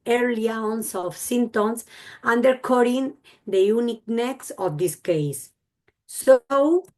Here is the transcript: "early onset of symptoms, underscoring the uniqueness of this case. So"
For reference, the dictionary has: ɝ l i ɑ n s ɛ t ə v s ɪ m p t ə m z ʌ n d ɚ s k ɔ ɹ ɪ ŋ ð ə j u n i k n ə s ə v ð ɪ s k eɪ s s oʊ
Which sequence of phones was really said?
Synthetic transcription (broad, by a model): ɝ l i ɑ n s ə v s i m t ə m s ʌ n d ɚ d k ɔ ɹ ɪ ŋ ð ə j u n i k n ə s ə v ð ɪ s k eɪ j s oʊ